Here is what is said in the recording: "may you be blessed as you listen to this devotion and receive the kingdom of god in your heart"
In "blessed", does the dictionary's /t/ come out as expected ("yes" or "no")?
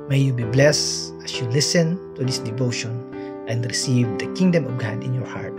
no